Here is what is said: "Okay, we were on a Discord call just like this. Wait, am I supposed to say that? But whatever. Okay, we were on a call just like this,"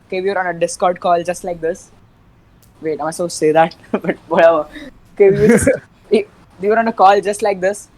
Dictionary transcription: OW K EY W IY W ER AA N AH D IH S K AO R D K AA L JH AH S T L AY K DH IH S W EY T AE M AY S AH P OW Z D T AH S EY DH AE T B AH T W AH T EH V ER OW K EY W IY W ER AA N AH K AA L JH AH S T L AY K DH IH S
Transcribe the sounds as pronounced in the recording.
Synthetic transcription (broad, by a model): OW K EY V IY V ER AA N AH D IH S K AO R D K AA L JH AH S T L AY K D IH S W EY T AY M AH IH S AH S EY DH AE T B AH T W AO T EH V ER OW K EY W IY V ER AA N AH K AA L JH AH S T L AY K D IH S